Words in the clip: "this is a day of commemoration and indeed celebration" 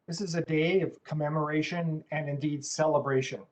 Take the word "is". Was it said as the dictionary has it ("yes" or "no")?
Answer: yes